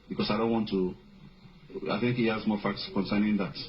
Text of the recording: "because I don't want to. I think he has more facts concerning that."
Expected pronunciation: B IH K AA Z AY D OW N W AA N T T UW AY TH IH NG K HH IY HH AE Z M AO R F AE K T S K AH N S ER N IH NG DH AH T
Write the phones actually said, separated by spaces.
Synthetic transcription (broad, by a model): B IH K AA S AY D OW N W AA N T T UW AY TH IH NG K HH IY HH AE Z M AO R F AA K T S K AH N S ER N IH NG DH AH T